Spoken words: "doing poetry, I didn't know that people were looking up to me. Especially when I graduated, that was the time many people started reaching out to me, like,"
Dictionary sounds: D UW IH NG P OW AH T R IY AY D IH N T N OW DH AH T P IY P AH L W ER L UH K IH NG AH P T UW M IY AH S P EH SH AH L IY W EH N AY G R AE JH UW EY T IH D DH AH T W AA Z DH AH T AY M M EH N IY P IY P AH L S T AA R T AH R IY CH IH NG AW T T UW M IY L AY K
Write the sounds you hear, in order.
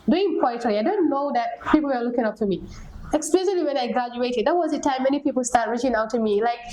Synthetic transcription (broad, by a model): D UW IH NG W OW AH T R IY AY D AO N N OW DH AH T P IY P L W ER L UH K IH NG AH P T UW M IY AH S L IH S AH L IY W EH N AY G R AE JH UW EY T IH D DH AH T W AA Z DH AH T AY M M EH N IY P IY P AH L S T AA R T R IY CH IH NG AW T T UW M IY L AY K